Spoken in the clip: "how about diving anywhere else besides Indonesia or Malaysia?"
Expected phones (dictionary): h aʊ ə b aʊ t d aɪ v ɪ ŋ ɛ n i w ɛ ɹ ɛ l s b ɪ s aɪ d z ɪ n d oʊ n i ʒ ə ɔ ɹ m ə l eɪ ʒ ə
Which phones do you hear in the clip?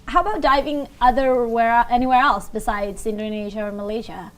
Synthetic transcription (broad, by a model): h aʊ ə b aʊ t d aɪ v ɪ ŋ ɛ n i w ɛ ɹ ɛ l s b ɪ s aɪ d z ɪ n d oʊ n i ʒ ə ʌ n m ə l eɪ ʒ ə